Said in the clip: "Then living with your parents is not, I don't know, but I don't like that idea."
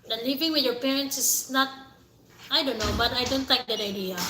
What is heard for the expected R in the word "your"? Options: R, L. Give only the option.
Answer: R